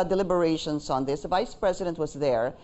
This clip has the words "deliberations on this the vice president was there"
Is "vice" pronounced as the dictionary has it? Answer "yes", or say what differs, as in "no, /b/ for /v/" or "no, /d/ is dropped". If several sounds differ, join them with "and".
yes